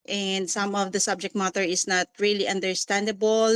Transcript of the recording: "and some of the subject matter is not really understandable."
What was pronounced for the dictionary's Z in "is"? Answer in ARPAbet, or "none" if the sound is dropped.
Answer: S